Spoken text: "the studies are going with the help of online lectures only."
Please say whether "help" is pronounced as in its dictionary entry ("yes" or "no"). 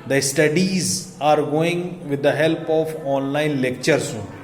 yes